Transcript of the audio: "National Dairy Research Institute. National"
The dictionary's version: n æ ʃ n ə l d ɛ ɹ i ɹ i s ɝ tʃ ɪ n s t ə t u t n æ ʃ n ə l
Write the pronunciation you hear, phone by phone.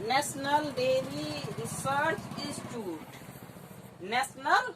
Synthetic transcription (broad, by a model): n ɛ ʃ n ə l d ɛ l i ɹ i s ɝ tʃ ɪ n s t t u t n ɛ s n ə l